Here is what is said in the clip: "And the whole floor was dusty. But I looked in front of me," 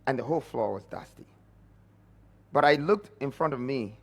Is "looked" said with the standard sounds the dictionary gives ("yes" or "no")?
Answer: yes